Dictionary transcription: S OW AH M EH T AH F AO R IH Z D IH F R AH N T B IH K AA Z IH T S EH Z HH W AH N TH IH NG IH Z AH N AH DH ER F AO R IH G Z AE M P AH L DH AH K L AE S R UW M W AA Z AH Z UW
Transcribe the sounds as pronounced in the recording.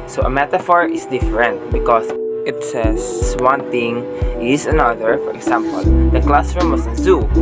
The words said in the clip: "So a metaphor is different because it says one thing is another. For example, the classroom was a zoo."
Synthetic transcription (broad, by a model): S OW AH M EH T AH F AO R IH S D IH F R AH N T B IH K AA S IH T S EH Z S W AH N T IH NG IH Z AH N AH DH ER F AO R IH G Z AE M P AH L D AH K L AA S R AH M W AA S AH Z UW